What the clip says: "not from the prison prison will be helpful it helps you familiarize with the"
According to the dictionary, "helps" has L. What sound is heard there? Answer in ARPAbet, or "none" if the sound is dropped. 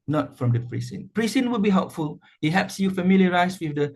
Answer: none